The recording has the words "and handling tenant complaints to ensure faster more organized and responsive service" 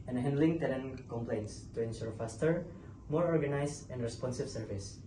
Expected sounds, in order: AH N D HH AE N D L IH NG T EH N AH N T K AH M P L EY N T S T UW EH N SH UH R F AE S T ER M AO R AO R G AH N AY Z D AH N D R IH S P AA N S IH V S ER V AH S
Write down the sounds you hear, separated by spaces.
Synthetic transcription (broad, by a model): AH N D HH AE N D L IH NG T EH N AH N K AH M P L EY N T S T UW EH N SH UH R F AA S T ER M AO R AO R G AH N AY S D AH N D R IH S P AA N S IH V S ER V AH S